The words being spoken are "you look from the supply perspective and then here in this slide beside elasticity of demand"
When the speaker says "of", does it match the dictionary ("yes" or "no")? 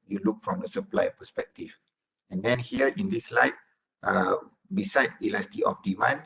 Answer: no